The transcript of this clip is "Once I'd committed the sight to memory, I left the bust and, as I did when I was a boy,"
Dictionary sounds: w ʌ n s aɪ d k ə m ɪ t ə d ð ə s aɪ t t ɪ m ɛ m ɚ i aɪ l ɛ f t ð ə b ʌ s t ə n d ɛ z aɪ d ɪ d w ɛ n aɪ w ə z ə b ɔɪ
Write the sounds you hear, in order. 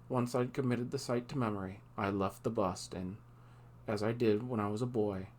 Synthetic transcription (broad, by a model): w ʌ n s aɪ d k ə m ɪ t ə d ð ə s aɪ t t ɪ m ɛ m ɚ i aɪ l ɛ f t ð ə b ʌ s t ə n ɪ z aɪ d ɪ d w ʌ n aɪ w ə z ə b ɔɪ